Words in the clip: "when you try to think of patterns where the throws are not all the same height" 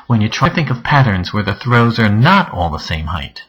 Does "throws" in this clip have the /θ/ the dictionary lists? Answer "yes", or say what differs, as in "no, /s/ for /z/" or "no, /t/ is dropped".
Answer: yes